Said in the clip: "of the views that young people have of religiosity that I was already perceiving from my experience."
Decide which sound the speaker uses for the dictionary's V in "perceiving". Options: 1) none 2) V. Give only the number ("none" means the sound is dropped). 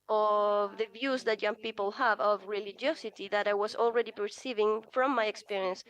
2